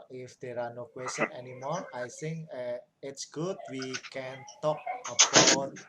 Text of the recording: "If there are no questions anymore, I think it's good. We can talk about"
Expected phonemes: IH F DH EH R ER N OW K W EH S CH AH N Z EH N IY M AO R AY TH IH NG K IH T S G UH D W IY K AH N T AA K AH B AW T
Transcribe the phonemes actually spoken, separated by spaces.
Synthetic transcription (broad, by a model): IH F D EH R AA N OW K W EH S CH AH N EH N IY M AO R AY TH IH NG K IH T S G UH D W IY K AH N T AA K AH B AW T